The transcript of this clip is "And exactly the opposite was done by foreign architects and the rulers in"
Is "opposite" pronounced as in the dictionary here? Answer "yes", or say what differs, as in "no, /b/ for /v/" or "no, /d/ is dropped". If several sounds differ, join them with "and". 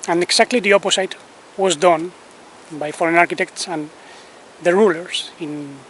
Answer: no, /s/ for /z/